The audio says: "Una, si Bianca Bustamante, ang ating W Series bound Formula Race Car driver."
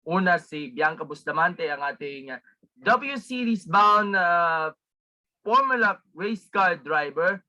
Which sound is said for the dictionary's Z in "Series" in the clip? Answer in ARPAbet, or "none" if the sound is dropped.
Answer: S